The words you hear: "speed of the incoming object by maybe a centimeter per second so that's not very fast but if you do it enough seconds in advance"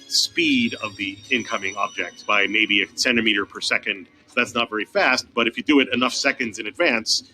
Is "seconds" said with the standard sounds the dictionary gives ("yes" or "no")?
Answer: yes